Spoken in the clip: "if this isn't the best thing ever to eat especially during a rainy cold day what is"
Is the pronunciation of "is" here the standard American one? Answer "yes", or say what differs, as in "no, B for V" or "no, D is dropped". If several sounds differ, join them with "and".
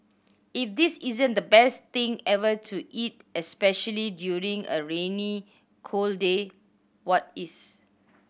no, S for Z